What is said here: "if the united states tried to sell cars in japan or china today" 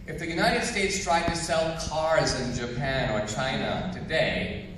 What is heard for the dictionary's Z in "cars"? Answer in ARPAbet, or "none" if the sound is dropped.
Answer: Z